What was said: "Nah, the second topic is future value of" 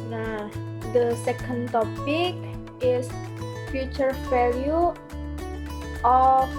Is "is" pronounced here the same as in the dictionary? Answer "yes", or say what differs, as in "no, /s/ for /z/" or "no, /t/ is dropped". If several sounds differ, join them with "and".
no, /s/ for /z/